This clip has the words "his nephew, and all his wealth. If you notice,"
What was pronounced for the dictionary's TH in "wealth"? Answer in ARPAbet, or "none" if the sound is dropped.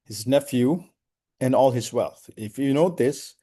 TH